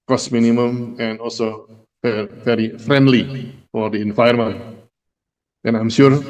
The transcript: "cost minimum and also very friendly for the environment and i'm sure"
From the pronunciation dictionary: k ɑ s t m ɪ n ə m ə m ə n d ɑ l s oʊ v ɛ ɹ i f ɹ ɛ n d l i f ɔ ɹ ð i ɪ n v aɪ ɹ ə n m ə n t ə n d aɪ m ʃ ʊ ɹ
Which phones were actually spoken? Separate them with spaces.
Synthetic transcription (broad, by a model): k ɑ s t m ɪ n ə m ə m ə n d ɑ l s oʊ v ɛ ɹ i f ɹ ɛ n d l i f ɔ ɹ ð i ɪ n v aɪ ə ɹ m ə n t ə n aɪ m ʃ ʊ ɹ